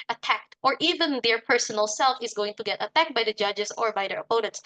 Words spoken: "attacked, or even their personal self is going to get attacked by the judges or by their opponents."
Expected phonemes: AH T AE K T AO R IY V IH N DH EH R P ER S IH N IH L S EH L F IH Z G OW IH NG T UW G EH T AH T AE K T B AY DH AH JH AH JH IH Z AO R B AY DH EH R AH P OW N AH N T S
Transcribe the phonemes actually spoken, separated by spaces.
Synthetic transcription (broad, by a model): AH T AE K T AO R IY V IH N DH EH R P ER S IH N IH L S EH L F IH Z G OW IH NG T UW G EH T AH T AE K T B AY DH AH JH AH JH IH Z AO R B AY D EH R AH P OW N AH N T S